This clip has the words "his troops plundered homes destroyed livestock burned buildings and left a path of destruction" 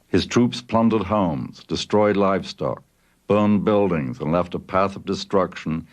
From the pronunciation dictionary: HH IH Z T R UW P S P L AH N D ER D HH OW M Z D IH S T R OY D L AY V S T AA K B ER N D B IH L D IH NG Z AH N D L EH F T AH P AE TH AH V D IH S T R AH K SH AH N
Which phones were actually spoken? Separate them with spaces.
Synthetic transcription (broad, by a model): HH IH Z T R UW P S P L AH N D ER D HH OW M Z D IH S T R OY D L AY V S T AA K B ER N B IH L D IH NG Z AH N L EH F T AH P AE TH AH V D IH S T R AH K SH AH N